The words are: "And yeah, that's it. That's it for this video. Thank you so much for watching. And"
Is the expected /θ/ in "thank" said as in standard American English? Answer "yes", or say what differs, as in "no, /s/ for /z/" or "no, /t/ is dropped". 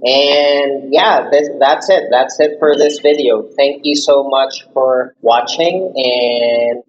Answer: yes